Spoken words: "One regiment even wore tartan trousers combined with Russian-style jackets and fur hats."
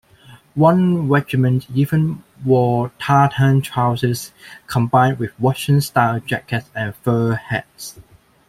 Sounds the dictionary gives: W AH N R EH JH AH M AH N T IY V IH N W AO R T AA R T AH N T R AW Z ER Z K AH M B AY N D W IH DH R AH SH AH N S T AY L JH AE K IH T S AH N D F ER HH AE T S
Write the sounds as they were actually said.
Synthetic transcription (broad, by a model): W AH N R EH JH AH M AH N T IY V IH N W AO T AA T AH N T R AW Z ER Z K AH M B AY N D W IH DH W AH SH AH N S T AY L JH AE K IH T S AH N F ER HH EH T S